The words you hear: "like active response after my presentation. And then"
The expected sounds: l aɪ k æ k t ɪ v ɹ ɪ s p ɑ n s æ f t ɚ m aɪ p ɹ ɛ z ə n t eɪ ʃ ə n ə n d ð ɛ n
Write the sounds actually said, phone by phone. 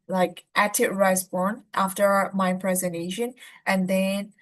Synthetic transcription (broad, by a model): l aɪ k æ t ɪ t ɹ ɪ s b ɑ n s æ f t ɚ m aɪ p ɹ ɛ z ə n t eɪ ʃ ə n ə n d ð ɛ n